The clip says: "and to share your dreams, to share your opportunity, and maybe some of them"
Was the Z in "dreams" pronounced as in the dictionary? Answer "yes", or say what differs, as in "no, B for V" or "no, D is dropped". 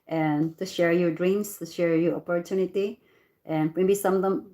no, S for Z